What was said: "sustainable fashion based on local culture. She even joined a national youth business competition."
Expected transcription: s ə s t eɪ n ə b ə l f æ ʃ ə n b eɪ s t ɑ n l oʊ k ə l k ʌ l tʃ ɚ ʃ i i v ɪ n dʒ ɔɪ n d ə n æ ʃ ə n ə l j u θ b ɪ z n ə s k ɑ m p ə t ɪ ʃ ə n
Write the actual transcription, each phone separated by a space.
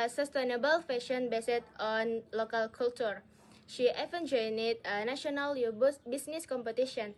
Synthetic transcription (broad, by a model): s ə s t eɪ n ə b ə l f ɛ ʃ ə n b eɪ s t ɑ n l oʊ k ə l k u l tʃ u ʃ i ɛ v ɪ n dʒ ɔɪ n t ə n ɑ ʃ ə n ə l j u s b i s n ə s k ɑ m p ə t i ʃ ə n